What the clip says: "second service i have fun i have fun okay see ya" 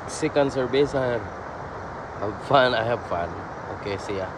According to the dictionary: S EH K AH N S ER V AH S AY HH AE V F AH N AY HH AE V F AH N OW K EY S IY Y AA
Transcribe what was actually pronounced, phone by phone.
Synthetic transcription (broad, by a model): S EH K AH N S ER B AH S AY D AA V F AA N AY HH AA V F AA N OW K EY S IY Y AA